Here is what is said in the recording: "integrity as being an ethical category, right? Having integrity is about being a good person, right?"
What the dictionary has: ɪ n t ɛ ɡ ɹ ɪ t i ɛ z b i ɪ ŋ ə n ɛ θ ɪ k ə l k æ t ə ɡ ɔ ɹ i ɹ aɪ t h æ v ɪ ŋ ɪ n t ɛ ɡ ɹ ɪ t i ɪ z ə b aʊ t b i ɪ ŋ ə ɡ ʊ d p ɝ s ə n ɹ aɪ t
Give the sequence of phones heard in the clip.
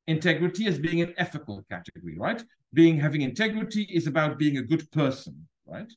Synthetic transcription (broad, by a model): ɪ n t ɛ ɡ ɹ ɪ t i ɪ z b i ɪ ŋ ə n ɛ f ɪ k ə l k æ t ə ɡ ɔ ɹ i ɹ aɪ t h æ v ɪ ŋ ɪ n t ɛ ɡ ɹ ɪ t i ɪ z ə b aʊ t b i ɪ ŋ ə ɡ ʊ d p ɝ s ə n ɹ aɪ t